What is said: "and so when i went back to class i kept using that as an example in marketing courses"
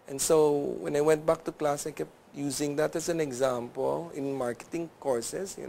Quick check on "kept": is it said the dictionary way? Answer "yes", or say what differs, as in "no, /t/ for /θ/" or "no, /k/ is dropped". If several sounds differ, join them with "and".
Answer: yes